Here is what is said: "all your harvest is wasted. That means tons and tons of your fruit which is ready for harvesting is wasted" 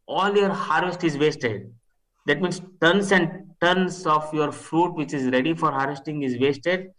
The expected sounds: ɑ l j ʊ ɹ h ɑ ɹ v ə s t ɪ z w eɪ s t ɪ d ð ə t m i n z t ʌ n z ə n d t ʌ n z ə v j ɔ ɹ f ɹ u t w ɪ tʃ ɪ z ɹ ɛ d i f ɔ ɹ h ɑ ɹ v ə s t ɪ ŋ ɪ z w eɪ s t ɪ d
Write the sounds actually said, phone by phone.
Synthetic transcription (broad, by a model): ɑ l j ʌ ɹ h ɑ ɹ v ə s t ɪ z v eɪ s t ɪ d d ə t m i n s t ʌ n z ə n d t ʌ n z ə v j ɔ ɹ f ɹ u t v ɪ tʃ ɪ z ɹ ɛ d i f ɔ ɹ h ɑ ɹ v ə s t ɪ ŋ ɪ z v eɪ s t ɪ d